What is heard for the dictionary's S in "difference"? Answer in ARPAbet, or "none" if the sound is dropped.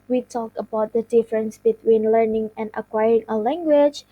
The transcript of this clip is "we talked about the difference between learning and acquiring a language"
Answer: S